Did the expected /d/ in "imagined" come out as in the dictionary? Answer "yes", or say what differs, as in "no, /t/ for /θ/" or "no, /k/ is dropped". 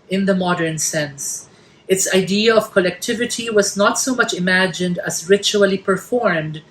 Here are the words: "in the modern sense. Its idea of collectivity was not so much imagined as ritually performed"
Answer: yes